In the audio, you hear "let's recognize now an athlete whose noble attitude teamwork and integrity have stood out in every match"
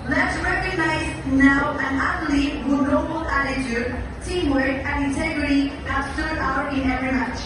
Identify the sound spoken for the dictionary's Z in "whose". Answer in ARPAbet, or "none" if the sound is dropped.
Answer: none